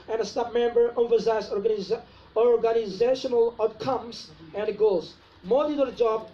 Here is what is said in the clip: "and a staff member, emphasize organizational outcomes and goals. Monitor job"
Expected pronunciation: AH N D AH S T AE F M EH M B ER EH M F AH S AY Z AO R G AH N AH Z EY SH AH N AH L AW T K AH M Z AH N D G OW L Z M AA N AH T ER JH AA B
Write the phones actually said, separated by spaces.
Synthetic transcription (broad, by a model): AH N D AH S T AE P M EH M B ER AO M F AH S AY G AO R G AH N AH Z EY SH AH N AH L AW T K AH M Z AH N D G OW L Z M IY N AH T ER JH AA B